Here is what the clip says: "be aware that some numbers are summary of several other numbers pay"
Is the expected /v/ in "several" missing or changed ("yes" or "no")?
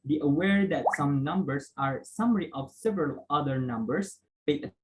no